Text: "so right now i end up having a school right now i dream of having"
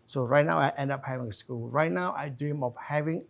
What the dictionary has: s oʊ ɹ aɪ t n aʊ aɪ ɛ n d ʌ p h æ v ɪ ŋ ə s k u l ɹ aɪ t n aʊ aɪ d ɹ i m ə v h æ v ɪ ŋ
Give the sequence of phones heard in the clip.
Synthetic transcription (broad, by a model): s oʊ ɹ aɪ t n aʊ aɪ ɛ n d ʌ p h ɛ v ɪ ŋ ə s k u l ɹ aɪ t n aʊ aɪ d ɹ i m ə f h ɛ v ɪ ŋ